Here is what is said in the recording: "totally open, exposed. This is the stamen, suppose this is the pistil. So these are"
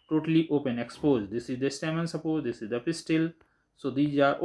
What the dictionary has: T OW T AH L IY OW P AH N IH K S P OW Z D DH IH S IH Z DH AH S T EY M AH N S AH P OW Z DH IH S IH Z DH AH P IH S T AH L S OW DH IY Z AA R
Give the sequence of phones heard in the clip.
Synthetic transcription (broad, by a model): T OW T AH L IY OW P AH N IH K S P OW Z D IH S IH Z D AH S T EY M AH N S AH P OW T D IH S IH Z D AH P IH S T AH L S OW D IY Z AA R